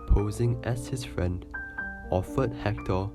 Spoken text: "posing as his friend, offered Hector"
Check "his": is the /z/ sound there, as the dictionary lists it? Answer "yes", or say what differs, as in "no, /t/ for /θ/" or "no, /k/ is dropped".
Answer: no, /s/ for /z/